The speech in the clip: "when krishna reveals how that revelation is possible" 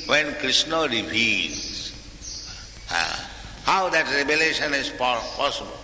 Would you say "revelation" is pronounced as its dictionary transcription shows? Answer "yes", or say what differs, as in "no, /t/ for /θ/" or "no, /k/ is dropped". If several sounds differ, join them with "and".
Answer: no, /b/ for /v/